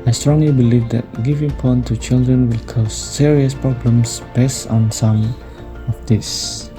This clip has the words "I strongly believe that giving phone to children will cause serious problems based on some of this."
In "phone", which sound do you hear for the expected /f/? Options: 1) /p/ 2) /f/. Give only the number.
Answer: 1